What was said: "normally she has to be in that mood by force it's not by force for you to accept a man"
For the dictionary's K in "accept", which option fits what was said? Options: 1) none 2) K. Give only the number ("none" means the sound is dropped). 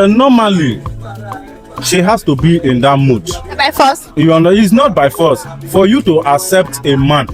2